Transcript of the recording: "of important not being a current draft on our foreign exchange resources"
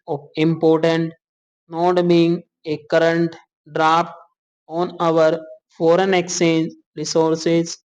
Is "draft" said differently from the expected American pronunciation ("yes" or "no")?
yes